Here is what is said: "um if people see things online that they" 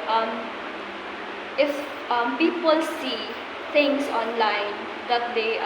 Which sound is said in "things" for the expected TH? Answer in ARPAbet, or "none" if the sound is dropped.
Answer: T